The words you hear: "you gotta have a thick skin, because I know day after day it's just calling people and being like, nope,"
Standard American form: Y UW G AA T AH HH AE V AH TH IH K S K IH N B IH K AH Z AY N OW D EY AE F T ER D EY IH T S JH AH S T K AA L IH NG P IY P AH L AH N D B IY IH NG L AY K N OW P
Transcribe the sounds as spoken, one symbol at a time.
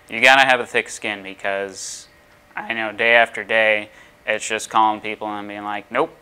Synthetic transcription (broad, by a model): Y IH G AA T AH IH V AH TH IH K S K IH N B IH K AH Z AY N OW D EY AE F T ER D EY IH T S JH AH S K AA L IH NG P IY P L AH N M B IY IH NG L AY K N OW